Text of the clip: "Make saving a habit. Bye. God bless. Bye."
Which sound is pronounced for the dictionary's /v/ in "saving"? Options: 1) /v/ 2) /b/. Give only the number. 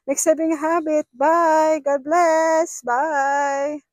2